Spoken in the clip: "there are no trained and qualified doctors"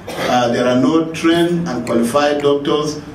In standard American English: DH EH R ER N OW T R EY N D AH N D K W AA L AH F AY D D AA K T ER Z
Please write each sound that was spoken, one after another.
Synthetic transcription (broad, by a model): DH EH R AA N OW T R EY N AH N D K W AA L AH F AY D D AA K T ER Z